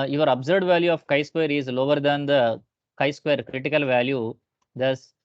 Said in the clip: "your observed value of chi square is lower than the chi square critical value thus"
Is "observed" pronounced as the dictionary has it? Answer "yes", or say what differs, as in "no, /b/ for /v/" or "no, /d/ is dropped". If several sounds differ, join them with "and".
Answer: no, /v/ is dropped